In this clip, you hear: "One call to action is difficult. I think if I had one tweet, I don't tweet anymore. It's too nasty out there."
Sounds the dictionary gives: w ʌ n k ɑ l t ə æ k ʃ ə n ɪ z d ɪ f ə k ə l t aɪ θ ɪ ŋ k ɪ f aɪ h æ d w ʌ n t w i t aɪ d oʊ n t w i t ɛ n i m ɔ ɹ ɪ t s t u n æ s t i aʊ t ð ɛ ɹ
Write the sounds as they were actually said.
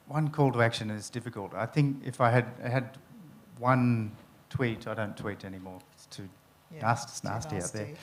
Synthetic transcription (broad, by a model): w ʌ n k ɑ l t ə æ k ʃ ə n ɪ z d ɪ f ə k ə l t aɪ θ ɪ ŋ k ɪ f aɪ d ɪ d w ʌ n t w i t aɪ d oʊ n t w i t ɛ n i m ɔ ɹ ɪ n s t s n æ s t i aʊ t ð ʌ ɹ